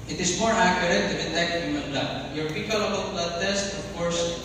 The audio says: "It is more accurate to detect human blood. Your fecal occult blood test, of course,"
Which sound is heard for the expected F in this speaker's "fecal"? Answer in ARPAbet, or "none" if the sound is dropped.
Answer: P